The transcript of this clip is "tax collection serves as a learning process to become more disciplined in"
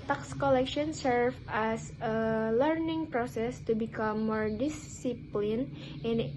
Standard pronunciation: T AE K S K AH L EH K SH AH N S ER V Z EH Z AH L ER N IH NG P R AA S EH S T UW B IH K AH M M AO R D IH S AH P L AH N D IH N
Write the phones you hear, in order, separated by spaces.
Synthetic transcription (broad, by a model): T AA K S K AH L EH K SH AH N S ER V EH S AH L ER N IH NG P R AA S EH S T UW B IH K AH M M AO R D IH S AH P L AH N IH N